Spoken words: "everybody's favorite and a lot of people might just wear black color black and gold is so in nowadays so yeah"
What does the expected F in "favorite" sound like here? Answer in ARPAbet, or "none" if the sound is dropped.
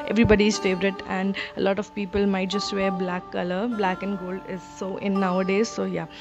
F